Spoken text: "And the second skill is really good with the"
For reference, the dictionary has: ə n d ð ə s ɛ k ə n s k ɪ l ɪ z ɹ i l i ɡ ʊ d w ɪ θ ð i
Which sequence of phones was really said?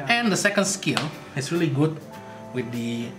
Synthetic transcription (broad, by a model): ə n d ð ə s ɛ k ə n s k ɪ l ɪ s ɹ i l i ɡ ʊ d w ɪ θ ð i